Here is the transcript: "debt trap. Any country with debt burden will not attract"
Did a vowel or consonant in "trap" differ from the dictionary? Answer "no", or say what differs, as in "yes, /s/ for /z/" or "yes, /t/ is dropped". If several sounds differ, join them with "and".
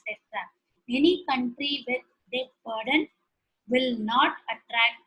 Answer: yes, /p/ is dropped